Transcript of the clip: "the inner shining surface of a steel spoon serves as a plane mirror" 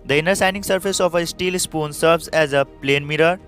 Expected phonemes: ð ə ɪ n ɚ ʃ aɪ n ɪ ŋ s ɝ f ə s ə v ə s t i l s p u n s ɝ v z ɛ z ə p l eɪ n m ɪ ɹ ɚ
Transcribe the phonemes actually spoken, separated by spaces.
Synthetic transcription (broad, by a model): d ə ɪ n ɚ s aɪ n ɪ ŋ s ɝ f ə s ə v ə s t i l s p u n s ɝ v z ɛ z ə p l eɪ n m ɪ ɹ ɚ